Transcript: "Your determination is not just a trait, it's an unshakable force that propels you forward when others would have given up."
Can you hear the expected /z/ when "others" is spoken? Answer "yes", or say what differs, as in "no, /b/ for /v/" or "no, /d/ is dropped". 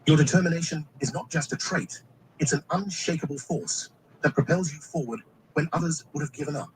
yes